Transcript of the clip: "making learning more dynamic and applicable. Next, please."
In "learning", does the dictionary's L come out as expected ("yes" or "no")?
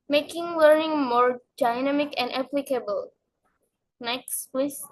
no